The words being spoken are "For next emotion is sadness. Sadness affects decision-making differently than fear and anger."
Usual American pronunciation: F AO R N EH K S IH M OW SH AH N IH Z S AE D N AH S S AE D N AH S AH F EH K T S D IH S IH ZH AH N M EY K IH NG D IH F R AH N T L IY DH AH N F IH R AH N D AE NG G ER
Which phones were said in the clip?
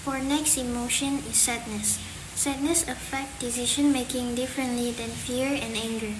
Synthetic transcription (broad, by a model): F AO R N EH K S IH M OW SH AH N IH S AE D N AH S S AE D N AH S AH F EH K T D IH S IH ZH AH N M EY K IH NG D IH F R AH N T L IY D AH N F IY R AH N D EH NG G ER